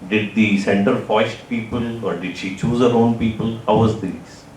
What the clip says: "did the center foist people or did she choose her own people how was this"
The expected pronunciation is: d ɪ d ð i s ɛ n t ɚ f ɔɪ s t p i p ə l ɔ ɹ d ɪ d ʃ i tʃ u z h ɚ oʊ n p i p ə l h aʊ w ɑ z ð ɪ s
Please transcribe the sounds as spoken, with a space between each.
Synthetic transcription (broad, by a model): d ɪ d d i s ɛ n t ɚ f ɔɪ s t p i p ə l ɔ ɹ d ɪ d ʃ i tʃ u z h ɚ oʊ n p i p ə l h aʊ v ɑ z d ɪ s